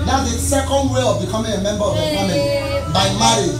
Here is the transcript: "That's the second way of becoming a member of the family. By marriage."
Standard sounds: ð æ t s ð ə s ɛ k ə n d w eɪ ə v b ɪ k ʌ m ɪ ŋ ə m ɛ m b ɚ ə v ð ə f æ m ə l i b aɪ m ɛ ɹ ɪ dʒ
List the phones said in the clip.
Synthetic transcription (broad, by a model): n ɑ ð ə s ɛ k ə n d w eɪ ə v b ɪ k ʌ m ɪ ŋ ə m ɛ m b ɚ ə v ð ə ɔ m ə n b aɪ m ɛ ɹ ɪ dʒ